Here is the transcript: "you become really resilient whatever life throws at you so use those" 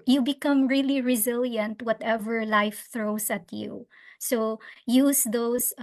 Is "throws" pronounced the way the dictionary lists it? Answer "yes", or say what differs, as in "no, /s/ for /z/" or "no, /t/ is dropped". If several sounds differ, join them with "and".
no, /s/ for /z/